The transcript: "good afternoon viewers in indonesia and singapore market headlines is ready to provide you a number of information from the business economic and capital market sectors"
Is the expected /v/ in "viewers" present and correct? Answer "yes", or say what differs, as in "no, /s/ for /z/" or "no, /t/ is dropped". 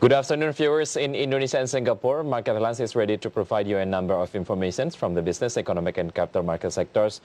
no, /f/ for /v/